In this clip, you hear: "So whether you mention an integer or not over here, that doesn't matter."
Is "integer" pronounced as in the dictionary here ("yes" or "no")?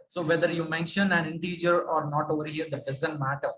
yes